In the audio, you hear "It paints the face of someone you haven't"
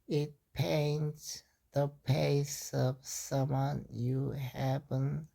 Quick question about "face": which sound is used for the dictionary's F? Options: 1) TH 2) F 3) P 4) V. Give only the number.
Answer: 3